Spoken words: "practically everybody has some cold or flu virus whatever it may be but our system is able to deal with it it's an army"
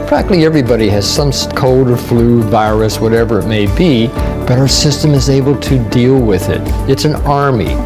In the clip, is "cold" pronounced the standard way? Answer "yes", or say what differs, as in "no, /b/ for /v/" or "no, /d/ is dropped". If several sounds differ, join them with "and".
yes